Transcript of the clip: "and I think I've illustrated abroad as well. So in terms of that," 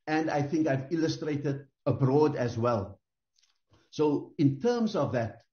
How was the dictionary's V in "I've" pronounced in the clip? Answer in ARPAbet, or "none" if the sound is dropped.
V